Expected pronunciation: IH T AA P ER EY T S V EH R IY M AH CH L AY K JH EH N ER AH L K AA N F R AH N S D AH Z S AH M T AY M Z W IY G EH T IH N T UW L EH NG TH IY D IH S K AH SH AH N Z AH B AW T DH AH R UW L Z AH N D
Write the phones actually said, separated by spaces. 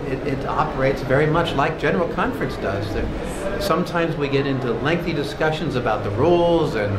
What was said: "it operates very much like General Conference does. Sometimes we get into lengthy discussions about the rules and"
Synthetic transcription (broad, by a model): IH T AA P ER EY T S V EH R IY M AH CH L AY K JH EH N ER L K AA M F R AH N S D AH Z S AH M T AY M Z W IY G EH T IH N T UW L EH NG TH IY D IH S K AH SH AH N Z AH B AW T DH AH R UW L Z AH N